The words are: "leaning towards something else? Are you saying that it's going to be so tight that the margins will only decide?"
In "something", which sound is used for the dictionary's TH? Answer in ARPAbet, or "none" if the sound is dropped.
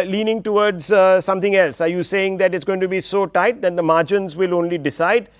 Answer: T